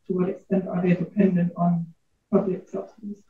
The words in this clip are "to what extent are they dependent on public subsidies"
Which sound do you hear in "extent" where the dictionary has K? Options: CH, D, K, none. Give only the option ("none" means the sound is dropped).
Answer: K